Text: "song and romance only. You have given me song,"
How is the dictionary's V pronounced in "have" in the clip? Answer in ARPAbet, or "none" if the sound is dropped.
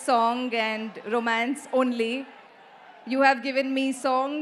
V